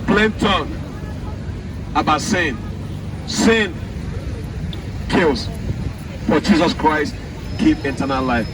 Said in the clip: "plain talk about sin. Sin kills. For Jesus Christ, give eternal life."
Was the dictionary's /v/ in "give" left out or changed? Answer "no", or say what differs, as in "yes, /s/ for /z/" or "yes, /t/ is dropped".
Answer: yes, /p/ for /v/